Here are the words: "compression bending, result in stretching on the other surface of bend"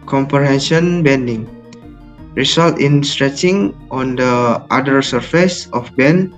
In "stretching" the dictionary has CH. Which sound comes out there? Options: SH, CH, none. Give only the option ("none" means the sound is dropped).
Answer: CH